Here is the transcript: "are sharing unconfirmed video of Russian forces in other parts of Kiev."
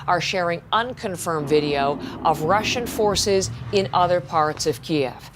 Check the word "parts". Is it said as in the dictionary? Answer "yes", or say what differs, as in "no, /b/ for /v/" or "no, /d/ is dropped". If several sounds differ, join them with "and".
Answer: yes